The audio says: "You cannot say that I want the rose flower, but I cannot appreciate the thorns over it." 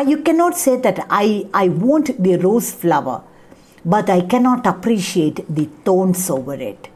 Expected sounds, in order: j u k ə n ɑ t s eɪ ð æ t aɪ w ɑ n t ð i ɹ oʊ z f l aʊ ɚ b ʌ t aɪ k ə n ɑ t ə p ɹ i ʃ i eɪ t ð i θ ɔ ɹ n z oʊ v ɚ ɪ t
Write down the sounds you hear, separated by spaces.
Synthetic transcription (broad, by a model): j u k ə n ɑ t s eɪ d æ t aɪ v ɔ n t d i ɹ oʊ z f l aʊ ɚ b ʌ t aɪ k ə n ɑ t ə p ɹ i ʃ i eɪ t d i t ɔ n s oʊ v ɚ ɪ t